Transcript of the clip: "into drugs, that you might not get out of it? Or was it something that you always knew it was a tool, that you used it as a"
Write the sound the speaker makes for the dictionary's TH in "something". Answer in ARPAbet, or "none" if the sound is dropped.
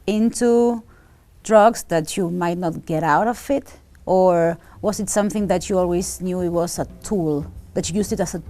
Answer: TH